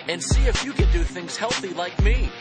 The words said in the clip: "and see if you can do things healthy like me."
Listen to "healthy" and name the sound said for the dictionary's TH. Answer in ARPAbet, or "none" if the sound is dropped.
TH